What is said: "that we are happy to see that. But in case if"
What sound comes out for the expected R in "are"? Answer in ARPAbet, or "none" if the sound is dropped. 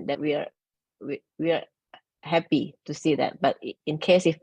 W